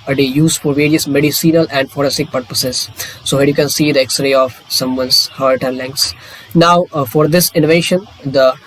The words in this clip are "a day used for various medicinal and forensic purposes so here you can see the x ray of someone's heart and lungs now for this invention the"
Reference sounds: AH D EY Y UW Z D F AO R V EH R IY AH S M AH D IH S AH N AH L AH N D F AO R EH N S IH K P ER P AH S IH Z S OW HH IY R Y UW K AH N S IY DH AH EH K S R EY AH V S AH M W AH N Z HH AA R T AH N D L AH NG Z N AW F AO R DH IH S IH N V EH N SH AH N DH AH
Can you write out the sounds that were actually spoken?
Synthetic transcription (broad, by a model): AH D EY Y UW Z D F AO R V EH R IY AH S M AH D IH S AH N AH L AH N D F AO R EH S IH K P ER P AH S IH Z S OW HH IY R Y UW K AH N S IY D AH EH K S R EY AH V S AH M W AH N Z HH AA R T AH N L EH NG S N AW F AO R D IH S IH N V EH SH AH N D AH